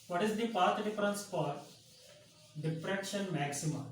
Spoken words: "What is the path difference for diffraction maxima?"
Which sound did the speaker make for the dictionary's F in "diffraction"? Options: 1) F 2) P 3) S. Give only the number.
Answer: 2